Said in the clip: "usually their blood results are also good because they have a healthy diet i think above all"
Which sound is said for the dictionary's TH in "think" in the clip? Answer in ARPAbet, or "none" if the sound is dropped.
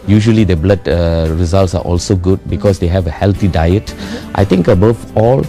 T